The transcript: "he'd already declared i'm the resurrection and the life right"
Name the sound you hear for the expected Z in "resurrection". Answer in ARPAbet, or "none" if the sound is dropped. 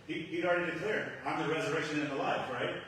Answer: Z